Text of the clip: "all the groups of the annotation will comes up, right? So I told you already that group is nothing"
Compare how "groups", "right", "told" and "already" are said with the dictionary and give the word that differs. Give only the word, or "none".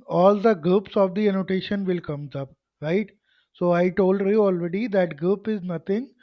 groups